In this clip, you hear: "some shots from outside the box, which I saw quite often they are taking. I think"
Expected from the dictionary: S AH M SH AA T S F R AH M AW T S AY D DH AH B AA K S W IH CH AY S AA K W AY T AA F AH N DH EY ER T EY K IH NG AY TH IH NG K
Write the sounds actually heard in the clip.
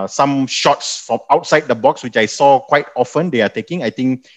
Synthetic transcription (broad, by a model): S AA M SH AA T S F R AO M AW T S AY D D AH B AA K S W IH CH AY S AA K W AY T AA F AH N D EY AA T EY K IH NG AY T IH NG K